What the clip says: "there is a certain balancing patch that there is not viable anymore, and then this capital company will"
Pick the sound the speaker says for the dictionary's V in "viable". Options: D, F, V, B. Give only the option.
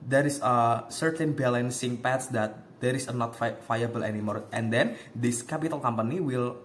F